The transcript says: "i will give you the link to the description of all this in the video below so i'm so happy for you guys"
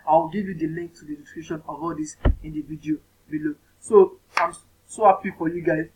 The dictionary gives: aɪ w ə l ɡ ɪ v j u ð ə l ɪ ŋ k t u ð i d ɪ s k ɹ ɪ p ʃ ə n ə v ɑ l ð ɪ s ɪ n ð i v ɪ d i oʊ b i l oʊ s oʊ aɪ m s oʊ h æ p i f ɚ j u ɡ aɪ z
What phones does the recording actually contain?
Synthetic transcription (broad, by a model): aɪ w ə l ɡ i v j u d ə l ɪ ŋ k t u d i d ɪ k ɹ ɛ ʃ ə n ə v ɑ l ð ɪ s ɪ n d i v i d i oʊ b i l oʊ s oʊ aɪ m s oʊ h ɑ p i f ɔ j u ɡ aɪ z